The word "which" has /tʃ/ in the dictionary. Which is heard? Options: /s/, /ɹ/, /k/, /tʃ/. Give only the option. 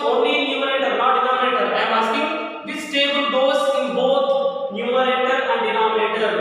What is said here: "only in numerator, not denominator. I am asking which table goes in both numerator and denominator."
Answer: /s/